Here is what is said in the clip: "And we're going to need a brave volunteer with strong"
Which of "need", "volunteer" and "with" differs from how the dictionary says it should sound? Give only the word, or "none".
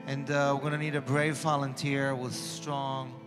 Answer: none